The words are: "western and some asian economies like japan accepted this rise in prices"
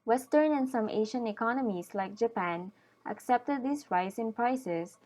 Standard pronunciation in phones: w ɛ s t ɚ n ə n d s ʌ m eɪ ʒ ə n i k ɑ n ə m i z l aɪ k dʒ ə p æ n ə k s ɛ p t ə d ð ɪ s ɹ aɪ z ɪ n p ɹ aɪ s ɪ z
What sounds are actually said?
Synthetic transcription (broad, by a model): w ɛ s t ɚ n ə n s ʌ m eɪ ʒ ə n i k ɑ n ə m i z l aɪ k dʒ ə p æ n ə k s ɛ p t ə d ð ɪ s ɹ aɪ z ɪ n p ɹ aɪ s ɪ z